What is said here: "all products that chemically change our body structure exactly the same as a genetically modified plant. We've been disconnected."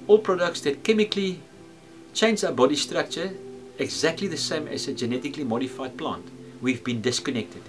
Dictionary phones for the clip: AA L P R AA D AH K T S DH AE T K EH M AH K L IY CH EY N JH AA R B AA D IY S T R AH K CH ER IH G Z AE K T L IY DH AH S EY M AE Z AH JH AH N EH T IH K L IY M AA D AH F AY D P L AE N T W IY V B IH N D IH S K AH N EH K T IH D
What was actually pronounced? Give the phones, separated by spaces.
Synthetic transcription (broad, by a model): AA L P R AA D AH K T S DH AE T K EH M AH K L IY CH EY N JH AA B AA D IY S T R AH K CH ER IH G Z AE K T L IY DH AH S EY M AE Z AH JH AH N EH T IH K L IY M AA D AH F AY D P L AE N T W IY V B IH N D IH S K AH N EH K T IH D